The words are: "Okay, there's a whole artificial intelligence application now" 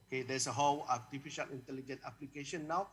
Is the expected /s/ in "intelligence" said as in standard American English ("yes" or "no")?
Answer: no